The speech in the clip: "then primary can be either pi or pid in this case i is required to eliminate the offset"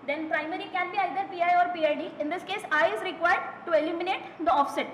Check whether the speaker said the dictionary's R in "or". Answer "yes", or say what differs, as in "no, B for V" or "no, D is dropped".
yes